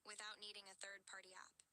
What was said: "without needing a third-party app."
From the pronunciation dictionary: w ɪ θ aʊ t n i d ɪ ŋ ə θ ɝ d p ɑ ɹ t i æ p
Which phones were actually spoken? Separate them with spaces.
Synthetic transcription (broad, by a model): w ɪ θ aʊ t n i d ɪ ŋ ə θ ɝ d p ɑ ɹ t i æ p